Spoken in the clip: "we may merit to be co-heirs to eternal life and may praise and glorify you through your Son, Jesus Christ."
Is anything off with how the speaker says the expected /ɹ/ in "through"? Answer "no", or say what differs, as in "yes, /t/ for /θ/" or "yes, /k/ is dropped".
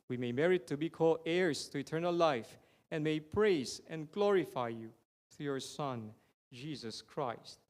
yes, /ɹ/ is dropped